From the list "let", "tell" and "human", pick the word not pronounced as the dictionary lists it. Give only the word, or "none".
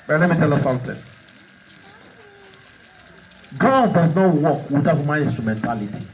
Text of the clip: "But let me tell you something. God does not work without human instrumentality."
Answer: human